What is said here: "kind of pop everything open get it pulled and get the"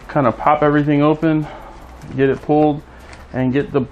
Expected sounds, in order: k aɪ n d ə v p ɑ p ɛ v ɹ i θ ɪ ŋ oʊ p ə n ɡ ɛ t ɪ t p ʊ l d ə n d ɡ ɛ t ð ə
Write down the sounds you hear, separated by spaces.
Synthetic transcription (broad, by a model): k aɪ n d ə p ɑ p ɛ v ɹ i θ ɪ ŋ oʊ p ə n ɡ ɛ t ɪ t p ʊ l d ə n ɡ ɛ t ð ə